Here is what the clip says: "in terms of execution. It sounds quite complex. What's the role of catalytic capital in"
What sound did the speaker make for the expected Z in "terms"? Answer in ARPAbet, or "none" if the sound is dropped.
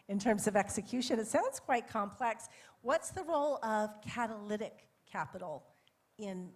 Z